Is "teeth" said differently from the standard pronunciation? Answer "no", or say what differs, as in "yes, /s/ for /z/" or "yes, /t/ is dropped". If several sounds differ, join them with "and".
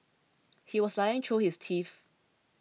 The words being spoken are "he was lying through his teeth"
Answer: yes, /f/ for /θ/